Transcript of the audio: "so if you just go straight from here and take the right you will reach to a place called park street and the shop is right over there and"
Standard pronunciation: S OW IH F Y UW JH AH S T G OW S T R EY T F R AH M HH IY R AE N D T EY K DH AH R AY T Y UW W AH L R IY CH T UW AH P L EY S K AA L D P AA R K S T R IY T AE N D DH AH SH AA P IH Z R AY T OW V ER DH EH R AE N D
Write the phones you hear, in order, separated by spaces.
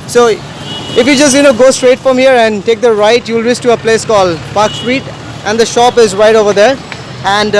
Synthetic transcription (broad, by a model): S OW IH F Y UW JH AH S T G OW S T R EY T F R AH M HH IY R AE N D T EY K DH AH R AY T Y UW L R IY S T UW AH P L EY S K AA L D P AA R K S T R IY T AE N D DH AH SH AA P IH Z R AY T OW V ER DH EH R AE N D